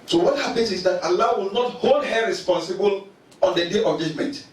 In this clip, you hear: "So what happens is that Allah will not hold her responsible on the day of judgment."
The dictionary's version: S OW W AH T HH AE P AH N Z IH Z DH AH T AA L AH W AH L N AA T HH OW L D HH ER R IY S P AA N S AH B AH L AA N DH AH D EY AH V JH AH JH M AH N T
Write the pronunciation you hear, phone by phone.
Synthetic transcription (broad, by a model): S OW W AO T HH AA P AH N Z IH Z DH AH T AA L AH W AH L N AA T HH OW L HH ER R IY S P AA N S AH B AH L AA N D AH D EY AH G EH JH M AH N T